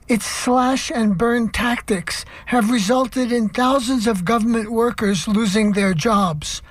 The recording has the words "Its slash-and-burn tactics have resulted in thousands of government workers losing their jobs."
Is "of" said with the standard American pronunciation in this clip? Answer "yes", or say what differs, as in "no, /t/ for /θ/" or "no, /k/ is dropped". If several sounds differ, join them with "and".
yes